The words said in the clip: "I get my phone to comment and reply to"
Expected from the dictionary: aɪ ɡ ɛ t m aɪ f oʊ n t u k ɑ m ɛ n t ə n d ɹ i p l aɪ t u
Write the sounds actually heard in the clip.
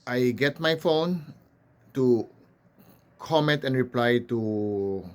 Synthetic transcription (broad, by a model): aɪ ɡ ɛ t m aɪ f oʊ n t u k ɑ m ɛ n t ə n ɹ i p l aɪ t u